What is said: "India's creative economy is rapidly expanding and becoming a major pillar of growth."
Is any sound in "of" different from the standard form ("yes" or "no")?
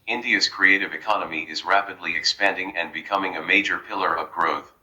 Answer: no